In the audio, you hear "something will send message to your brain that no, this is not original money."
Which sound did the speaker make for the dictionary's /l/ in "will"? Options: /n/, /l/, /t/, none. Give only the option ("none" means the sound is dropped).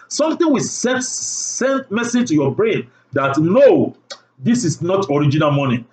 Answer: /n/